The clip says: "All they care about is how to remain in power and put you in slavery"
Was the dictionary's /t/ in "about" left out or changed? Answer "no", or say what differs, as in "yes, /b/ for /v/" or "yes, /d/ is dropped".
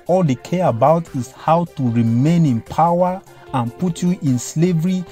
no